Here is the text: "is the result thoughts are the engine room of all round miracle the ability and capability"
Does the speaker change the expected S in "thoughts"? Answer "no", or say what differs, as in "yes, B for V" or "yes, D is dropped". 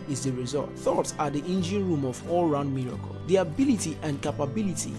no